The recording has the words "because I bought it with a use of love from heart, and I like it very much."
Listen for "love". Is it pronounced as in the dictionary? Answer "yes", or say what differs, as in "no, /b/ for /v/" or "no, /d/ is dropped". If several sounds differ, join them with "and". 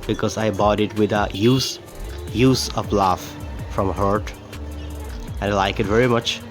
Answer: no, /f/ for /v/